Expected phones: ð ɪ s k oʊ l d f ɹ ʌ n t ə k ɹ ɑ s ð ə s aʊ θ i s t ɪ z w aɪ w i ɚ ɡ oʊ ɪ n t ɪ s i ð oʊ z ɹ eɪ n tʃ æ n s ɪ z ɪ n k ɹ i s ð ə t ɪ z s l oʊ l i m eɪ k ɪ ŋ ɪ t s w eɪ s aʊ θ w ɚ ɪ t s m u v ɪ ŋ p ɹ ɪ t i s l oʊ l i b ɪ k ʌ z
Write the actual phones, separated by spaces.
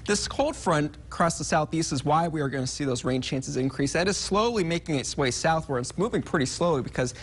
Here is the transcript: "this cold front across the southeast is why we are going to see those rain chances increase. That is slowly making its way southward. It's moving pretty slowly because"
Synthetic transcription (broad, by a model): ð ɪ s k oʊ l d f ɹ ʌ n k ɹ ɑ s ð ə s aʊ θ i s t ɪ z w aɪ w i ɚ ɡ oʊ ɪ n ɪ s i ð oʊ z ɹ eɪ n tʃ æ n s ɪ z ɪ n k ɹ i s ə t ɪ z s l oʊ l i m eɪ k ɪ ŋ ɪ t s w eɪ s aʊ θ w ɚ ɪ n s m u v ɪ ŋ p ɹ ɪ t i s l oʊ l i b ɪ k ʌ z